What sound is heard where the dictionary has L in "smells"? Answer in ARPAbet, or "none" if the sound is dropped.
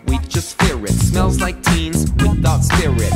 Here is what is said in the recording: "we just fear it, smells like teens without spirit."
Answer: L